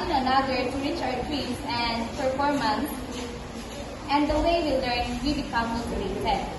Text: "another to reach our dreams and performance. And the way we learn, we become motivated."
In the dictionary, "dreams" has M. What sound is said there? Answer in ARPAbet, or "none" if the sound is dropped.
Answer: none